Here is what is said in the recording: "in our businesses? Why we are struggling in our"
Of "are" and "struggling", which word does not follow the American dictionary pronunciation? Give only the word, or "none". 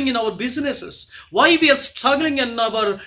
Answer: none